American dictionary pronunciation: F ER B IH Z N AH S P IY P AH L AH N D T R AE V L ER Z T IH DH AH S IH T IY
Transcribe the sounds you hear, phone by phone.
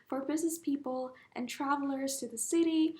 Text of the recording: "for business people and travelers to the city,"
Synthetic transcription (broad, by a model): F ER B IH Z N AH S P IY P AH L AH N T R AE V L ER Z T IH DH AH S IH T IY